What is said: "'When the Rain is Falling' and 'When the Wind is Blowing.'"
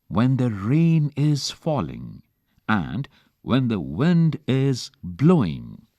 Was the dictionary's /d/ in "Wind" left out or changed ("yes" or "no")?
no